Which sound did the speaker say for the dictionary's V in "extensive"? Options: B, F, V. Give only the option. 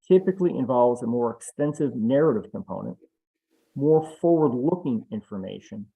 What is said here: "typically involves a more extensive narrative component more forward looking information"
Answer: V